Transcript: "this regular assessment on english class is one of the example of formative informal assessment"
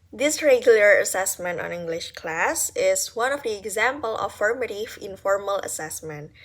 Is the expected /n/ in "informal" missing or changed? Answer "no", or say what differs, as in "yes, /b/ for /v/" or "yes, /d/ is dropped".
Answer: no